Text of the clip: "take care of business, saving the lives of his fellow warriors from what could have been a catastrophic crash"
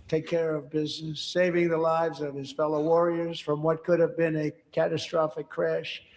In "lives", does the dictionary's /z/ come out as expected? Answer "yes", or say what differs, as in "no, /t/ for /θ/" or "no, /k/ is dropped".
yes